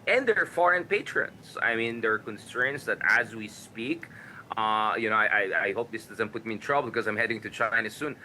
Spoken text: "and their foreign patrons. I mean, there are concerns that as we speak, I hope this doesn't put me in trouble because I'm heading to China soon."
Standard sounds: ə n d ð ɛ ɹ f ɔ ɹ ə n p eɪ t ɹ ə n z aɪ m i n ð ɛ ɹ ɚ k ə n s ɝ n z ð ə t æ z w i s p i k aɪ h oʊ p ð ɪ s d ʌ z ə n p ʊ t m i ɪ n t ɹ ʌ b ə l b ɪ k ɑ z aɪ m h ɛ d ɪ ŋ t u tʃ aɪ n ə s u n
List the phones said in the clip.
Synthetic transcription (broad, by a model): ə n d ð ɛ ɹ f ɔ ɹ ə n p eɪ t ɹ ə n s aɪ m i n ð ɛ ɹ k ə n s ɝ n s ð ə t æ z w i s p i k aɪ h oʊ p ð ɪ s d ʌ z ə n p ʊ t m i ɪ n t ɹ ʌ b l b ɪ k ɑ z aɪ m h ɛ d ɪ ŋ t u tʃ aɪ n ə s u n